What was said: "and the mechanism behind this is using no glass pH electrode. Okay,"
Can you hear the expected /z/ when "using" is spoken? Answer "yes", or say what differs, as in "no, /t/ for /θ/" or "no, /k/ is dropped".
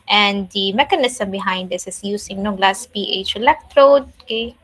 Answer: no, /s/ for /z/